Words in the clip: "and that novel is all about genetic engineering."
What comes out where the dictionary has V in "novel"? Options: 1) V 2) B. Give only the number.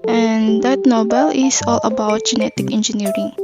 2